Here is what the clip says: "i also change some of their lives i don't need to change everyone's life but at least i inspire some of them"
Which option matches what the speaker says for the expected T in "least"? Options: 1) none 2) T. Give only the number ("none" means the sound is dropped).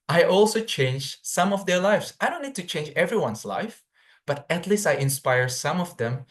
2